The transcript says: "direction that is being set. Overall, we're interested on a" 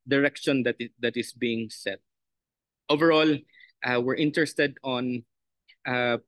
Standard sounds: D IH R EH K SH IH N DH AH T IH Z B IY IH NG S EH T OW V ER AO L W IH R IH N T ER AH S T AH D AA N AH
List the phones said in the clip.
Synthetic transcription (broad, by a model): D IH R EH K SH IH N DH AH T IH S B IY IH NG S EH T OW V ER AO L W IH R IH N T ER AH S T AH D AA N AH